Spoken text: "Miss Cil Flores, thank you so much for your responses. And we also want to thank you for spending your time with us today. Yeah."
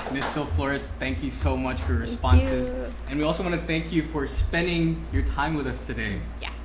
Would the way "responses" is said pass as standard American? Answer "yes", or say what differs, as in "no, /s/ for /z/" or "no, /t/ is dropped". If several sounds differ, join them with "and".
yes